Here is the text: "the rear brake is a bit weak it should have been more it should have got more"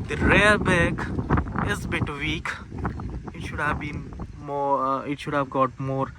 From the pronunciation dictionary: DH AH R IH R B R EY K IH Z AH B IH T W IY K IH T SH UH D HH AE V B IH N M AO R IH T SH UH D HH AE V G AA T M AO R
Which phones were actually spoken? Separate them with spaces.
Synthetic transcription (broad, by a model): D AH R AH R B EY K IH Z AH B IH T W IY K IH T SH UH D HH AE V B IH N M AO IH T SH UH D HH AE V G AA T M AO R